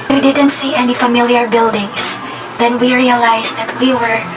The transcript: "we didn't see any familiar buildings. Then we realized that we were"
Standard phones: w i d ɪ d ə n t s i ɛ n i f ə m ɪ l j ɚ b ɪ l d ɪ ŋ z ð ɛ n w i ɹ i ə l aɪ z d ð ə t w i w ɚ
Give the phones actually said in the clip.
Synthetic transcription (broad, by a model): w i d ɪ d ə n t s i ɛ n i f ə m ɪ l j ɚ b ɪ l d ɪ ŋ s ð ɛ n w i ɹ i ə l aɪ s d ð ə t w i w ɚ